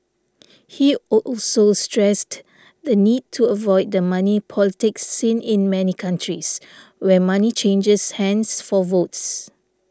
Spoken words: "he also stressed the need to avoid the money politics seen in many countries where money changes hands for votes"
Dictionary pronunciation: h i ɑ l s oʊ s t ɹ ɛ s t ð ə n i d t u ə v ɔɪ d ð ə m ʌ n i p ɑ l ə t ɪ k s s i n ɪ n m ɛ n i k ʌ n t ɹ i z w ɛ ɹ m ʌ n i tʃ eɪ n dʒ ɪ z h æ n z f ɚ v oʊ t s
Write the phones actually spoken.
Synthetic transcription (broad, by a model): h i ɑ l s oʊ s t ɹ ɛ s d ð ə n i d t u ə v ɔɪ d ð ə m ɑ n i p ɑ l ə t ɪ k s s i n ɪ n m ɛ n i k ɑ n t ɹ i s w ɛ m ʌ n i tʃ eɪ n dʒ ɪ s h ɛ n s f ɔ v oʊ t s